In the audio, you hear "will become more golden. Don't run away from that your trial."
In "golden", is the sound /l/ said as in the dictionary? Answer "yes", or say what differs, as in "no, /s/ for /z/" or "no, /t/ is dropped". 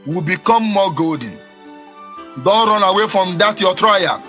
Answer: no, /l/ is dropped